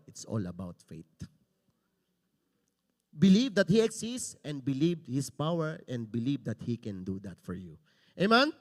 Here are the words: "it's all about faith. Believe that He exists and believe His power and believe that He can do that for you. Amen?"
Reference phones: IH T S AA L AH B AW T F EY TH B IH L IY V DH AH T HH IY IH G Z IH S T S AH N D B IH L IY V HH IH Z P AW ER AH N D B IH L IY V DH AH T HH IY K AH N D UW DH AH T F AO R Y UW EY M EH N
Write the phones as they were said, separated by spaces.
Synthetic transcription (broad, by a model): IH T S AA L AH B AW T F EY T B IH L IY V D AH T HH IY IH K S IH S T S AH N D B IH L IY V HH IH S P AW ER AH N D B IH L IY V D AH T HH IY K AH N D UW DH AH T F AO R Y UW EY M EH N